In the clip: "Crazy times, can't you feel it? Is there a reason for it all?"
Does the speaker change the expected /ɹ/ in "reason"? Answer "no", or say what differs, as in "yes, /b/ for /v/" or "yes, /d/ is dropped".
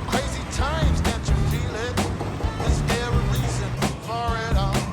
yes, /l/ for /ɹ/